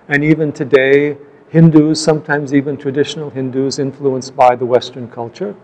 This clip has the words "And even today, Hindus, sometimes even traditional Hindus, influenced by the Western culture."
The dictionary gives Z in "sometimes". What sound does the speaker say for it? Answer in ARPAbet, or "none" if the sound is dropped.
Z